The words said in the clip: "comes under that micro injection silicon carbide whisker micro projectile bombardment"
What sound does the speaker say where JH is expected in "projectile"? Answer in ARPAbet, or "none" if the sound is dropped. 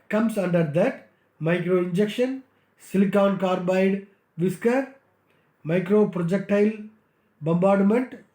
JH